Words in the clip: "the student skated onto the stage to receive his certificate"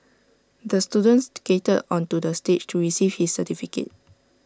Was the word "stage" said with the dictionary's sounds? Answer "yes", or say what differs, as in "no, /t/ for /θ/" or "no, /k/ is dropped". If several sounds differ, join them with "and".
no, /tʃ/ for /dʒ/